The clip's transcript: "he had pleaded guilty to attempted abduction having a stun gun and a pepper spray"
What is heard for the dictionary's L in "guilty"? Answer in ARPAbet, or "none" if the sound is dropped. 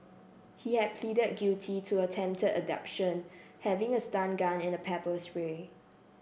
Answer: none